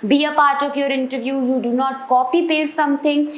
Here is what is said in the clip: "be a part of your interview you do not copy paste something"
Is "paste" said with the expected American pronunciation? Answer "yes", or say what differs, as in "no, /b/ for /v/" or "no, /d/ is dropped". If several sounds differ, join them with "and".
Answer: no, /s/ is dropped